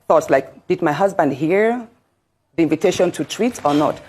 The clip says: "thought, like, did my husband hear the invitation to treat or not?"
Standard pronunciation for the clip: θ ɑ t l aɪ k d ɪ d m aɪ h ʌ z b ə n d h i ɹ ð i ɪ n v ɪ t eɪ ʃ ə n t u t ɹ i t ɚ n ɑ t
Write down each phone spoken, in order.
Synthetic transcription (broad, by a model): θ ɑ t l aɪ k d ɪ d m aɪ h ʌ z b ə n d h i ɹ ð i ɪ n v ɪ t eɪ ʃ ə n t u t ɹ i t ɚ n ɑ t